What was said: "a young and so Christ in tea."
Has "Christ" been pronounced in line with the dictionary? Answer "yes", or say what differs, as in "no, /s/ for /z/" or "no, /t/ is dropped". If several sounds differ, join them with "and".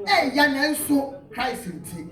no, /t/ is dropped